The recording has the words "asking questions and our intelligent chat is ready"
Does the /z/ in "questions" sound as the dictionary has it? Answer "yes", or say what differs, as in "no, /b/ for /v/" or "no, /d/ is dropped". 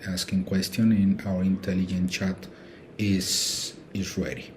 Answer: no, /z/ is dropped